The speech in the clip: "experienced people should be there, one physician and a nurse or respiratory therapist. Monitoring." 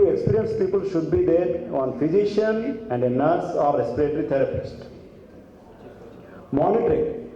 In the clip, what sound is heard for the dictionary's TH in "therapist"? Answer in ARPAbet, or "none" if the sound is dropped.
T